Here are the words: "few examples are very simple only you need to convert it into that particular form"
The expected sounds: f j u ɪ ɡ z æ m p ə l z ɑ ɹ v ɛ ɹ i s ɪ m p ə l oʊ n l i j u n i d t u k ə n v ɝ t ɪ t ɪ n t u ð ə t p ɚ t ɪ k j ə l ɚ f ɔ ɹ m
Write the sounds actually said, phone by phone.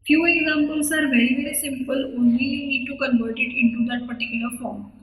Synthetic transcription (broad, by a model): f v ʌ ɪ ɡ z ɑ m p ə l s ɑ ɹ v ɛ ɹ i s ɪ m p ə l oʊ n l i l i n i d t u k ə n v ɝ t ɪ t ɪ n t u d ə t p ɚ t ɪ k j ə l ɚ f ɔ ɹ m